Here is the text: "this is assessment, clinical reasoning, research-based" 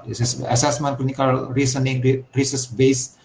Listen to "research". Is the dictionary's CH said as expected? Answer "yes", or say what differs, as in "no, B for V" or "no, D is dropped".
no, S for CH